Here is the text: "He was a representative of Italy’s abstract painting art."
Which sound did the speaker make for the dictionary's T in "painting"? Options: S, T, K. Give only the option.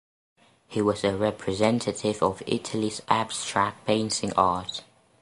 S